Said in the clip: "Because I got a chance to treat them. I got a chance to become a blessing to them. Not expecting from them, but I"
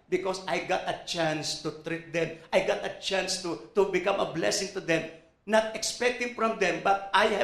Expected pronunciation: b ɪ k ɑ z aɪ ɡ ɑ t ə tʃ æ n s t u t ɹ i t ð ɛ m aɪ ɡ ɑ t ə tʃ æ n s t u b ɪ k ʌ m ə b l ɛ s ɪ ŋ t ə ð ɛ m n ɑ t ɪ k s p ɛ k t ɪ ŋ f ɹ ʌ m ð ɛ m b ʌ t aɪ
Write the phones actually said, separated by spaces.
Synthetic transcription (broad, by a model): b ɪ k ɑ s aɪ ɡ ɑ t ə tʃ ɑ n s t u t ɹ i t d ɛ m aɪ ɡ ɑ t ə tʃ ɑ n s t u b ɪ k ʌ m ə b l ɛ s ɪ ŋ t ə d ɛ m n ɑ t ɪ k s p ɛ k t ɪ ŋ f ɹ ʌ m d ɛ m b ʌ t aɪ